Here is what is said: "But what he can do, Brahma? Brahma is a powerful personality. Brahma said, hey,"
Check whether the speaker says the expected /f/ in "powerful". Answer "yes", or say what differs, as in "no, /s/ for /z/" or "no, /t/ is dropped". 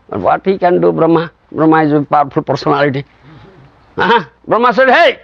no, /p/ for /f/